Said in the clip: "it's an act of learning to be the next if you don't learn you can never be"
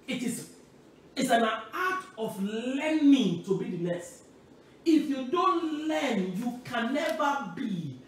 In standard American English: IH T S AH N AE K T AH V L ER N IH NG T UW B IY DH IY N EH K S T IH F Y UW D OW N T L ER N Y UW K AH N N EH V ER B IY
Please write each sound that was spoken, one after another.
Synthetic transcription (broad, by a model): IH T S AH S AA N T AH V L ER N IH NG T UW B IY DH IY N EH S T IH F Y UW D OW N T L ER N Y UW K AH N N EH V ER B IY